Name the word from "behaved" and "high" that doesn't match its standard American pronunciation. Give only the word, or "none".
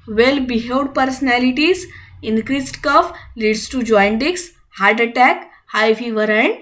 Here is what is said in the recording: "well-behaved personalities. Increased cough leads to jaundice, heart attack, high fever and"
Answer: behaved